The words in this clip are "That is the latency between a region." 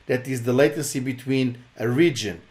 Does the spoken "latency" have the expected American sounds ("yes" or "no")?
no